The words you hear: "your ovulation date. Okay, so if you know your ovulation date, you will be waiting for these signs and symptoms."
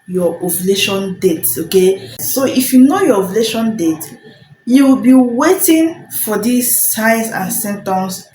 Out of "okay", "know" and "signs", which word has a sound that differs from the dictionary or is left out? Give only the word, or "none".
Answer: signs